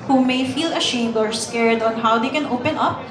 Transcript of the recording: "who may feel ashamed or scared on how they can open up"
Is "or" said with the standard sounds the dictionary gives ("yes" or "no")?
yes